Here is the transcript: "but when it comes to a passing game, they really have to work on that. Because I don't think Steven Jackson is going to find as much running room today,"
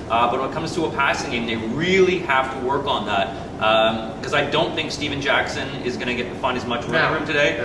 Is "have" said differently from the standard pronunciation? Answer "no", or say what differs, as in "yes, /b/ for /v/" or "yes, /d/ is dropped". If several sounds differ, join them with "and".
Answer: yes, /f/ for /v/